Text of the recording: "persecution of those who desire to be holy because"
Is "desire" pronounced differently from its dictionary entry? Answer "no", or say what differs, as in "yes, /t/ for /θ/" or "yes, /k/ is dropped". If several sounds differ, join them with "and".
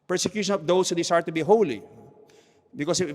yes, /s/ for /z/